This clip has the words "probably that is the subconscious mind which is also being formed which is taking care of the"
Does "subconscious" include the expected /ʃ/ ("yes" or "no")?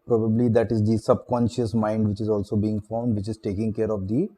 yes